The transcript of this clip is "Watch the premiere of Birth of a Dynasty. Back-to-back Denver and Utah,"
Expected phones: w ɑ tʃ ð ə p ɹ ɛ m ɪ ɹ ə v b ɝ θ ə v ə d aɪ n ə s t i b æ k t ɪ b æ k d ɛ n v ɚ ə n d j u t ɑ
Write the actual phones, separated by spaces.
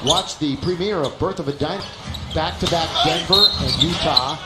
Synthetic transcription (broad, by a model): w ɑ tʃ ð ə p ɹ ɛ m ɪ ɹ ə v b ɝ θ ə v ə d aɪ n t b æ k t ɪ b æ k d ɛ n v ɚ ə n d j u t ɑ